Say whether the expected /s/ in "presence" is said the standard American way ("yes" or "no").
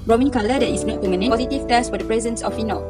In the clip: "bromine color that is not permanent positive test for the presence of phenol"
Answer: yes